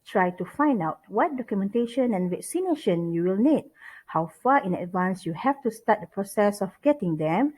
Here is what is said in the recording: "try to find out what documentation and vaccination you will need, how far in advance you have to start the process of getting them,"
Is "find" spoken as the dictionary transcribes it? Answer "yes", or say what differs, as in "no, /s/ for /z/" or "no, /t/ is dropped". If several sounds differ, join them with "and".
yes